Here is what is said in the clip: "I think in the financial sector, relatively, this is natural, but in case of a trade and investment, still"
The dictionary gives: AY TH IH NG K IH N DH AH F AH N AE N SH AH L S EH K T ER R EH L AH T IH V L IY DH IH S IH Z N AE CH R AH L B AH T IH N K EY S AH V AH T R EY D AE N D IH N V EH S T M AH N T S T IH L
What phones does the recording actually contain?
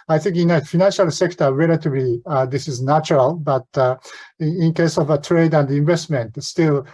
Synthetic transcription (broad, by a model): AY TH IH NG K IH N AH F AH N AE N SH AH L S EH K T ER R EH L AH T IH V L IY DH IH S IH Z N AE CH R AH L B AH T IH N K EY S AH V AH T R EY D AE N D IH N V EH S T M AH N T S T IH L